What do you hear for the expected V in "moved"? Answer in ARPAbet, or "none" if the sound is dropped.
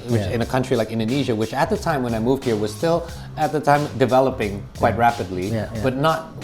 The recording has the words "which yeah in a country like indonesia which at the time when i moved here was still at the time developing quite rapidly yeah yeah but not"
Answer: V